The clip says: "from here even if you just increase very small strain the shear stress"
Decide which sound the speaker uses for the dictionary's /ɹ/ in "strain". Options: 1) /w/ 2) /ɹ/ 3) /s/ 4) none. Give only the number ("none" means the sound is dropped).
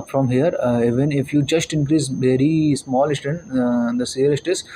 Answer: 4